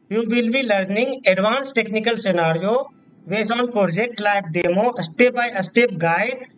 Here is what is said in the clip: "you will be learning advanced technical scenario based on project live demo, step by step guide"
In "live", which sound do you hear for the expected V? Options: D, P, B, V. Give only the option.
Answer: B